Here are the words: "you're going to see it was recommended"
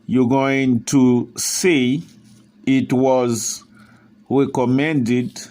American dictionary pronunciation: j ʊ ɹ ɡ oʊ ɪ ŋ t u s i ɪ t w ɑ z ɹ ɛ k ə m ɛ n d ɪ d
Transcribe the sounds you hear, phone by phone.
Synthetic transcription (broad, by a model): j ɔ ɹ ɡ oʊ ɪ ŋ t u s i ɪ t w ɑ z ɹ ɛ k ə m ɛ n d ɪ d